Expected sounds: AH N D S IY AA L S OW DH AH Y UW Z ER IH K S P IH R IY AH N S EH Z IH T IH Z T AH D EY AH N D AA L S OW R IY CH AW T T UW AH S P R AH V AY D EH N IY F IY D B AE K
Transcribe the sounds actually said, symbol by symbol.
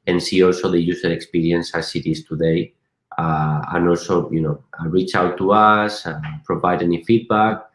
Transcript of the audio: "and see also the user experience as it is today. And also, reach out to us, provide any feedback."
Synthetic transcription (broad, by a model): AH N S IY AA L S OW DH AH Y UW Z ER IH K S P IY R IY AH N S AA S IH T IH S T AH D EY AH N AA L S OW R IY CH AW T T UW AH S P R AH V AY D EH N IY F IY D B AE K